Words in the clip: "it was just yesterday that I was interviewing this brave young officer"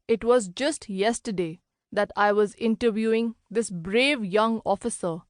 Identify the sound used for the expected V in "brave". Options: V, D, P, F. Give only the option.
V